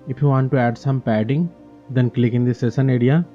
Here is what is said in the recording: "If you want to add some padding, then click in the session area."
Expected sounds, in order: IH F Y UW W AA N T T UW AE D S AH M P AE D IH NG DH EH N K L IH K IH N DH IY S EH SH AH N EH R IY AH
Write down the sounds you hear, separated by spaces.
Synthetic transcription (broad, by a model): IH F Y UW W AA N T T UW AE D S AH M P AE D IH NG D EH N K L IH K IH N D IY S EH S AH N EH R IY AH